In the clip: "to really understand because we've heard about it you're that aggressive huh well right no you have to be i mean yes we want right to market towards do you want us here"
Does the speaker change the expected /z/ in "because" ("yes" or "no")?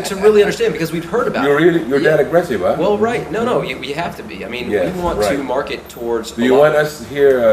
no